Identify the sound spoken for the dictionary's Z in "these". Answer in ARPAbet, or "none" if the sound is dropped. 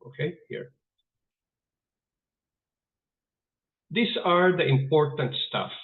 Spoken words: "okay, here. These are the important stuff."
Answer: S